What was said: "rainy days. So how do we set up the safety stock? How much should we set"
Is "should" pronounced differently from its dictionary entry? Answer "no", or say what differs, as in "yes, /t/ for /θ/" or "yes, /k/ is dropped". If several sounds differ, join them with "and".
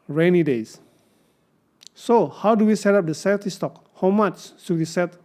yes, /s/ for /ʃ/